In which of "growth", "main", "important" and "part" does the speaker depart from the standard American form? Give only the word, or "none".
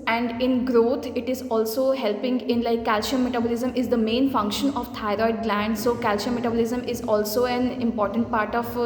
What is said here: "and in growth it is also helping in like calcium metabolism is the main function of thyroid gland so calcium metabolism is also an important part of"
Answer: growth